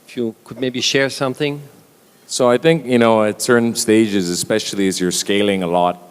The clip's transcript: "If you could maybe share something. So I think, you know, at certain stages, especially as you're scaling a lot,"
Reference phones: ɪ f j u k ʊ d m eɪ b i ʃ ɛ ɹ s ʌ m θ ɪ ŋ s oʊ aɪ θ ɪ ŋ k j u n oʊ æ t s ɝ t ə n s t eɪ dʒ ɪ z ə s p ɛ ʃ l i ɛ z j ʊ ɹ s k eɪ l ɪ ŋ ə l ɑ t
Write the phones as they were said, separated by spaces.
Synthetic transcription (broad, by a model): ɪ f j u k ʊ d m eɪ b i ʃ ɛ ɹ s ʌ m θ ɪ ŋ s oʊ aɪ θ ɪ ŋ k j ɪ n oʊ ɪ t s ɝ n s t eɪ dʒ ɪ z ə s p ɛ ʃ l i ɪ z j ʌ ɹ s k eɪ l ɪ ŋ ə l ɑ t